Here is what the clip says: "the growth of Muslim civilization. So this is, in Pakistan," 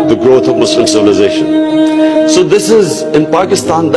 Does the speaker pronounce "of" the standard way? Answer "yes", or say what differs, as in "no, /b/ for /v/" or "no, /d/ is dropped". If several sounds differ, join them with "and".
yes